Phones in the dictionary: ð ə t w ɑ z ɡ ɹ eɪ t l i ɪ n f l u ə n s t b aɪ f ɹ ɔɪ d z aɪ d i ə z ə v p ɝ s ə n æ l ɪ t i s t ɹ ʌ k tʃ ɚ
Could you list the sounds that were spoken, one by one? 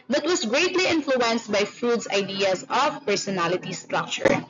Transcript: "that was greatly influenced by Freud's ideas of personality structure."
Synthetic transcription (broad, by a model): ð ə t w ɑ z ɡ ɹ eɪ t l i ɪ n f l u ə n s t b aɪ f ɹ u d s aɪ d i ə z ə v p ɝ s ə n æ l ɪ t i s t ɹ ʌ k tʃ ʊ